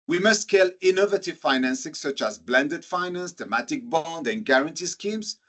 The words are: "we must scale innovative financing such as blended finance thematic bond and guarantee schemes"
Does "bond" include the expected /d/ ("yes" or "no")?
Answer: yes